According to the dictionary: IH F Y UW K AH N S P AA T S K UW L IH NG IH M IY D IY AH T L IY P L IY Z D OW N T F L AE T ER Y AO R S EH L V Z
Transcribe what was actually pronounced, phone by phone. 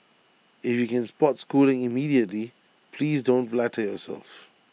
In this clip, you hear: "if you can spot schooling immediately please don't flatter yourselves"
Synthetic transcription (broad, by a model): IH F Y UW K AH N S P AA T S K UW L IH NG IH M IY D IY AH T L IY P L IY Z D OW N T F L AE T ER Y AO S EH L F